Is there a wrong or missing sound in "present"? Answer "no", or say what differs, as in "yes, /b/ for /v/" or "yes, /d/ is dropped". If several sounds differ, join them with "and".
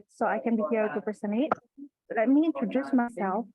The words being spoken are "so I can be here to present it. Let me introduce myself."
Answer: yes, /ɹ/ is dropped and /s/ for /z/ and /t/ is dropped